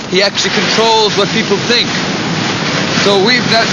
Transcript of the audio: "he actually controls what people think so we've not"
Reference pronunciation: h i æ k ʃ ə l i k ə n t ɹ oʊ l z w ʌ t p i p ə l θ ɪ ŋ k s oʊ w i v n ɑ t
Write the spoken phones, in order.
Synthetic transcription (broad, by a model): h i æ k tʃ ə l i k ə n t ɹ oʊ l z w ʌ t p i p l θ ɪ ŋ k s oʊ w i v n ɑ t